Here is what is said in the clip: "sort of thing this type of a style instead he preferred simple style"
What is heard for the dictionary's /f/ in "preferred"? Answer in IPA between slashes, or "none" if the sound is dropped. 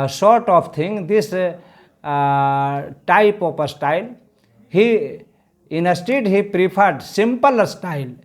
/p/